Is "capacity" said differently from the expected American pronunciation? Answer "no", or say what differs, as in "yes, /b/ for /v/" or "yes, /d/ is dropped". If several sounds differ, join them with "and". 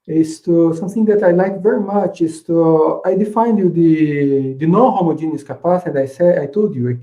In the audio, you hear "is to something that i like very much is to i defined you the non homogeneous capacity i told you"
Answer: yes, /s/ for /t/